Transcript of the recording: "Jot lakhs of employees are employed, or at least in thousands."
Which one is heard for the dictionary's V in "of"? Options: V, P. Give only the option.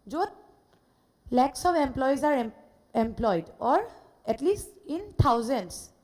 P